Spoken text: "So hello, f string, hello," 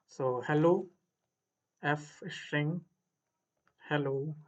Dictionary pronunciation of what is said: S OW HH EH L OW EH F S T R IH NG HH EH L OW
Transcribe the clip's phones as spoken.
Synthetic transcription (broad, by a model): S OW HH EH L OW EH F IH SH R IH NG HH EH L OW